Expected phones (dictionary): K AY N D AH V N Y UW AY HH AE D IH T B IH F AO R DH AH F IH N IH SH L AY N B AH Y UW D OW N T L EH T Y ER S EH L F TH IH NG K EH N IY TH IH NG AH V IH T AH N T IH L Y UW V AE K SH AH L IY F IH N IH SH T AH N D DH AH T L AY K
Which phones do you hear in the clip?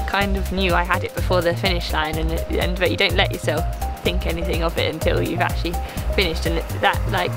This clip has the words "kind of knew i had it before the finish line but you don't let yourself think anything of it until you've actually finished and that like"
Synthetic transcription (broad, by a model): K AY N D AH V N Y UW AY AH D IH T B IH F AO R DH AH F IH N IH SH L AY N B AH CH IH D OW N T L EH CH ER S EH L F TH IH NG K EH N IY TH IH NG AH V IH T AH N T IH L Y UW V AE K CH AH L IY F IH N IH SH T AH N DH AH T L AY K